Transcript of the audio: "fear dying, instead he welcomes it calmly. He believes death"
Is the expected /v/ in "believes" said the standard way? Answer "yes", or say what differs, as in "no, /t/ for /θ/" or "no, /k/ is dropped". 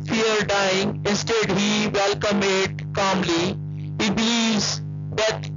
no, /v/ is dropped